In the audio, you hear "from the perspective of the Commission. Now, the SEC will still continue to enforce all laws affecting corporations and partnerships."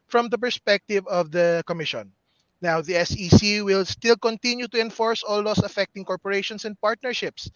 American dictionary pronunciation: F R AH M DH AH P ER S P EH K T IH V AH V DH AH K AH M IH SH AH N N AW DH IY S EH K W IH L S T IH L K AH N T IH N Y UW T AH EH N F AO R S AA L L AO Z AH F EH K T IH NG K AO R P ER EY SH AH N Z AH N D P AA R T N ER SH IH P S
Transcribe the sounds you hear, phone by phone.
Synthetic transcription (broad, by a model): F R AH M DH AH P ER S P EH K T IH V AH V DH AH K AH M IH SH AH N N AW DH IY S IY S W IH L S T IH L K AH N T IH N Y UW T AH EH N F AO R S AA L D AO S AH F EH K T IH NG K AO R P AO EY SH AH N S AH N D P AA R T N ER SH IH P S